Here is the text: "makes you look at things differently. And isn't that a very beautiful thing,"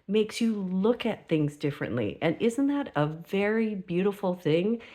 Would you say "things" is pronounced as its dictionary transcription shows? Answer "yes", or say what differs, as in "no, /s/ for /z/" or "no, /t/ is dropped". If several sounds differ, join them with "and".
yes